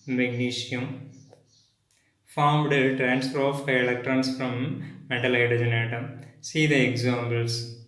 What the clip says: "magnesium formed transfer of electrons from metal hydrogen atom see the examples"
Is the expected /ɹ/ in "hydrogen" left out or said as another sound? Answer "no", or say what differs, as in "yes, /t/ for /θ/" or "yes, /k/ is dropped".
yes, /ɹ/ is dropped